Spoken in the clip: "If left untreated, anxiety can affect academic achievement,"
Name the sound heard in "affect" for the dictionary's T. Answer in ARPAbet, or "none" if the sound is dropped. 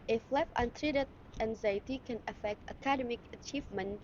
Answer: T